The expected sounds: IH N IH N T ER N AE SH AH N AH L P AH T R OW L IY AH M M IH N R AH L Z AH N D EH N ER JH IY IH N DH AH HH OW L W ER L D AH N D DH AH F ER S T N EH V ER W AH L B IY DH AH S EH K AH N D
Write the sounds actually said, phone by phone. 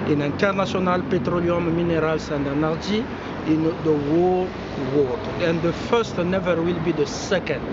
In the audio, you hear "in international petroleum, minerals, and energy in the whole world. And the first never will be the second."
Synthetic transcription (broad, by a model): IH N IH N T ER N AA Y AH N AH L P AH T R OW L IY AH M M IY N R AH L S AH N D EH N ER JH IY IH N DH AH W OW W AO D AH N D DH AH F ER S T N EH V ER W AH L B IY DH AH S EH K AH N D